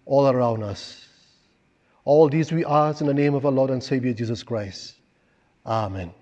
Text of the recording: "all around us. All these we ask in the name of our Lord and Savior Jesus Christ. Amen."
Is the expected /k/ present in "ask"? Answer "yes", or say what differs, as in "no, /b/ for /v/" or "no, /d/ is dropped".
no, /k/ is dropped